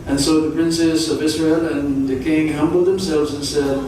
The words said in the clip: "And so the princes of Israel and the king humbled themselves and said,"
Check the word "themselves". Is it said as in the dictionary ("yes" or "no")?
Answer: yes